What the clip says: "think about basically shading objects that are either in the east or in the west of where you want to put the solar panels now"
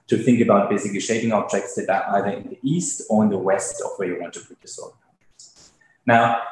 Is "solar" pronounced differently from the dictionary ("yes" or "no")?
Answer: yes